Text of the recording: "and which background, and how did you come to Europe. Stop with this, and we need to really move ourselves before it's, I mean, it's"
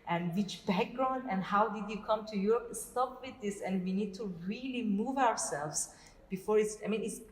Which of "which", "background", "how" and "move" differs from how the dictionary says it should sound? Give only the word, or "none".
none